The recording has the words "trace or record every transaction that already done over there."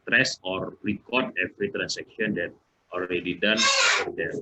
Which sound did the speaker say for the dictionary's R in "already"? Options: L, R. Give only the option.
L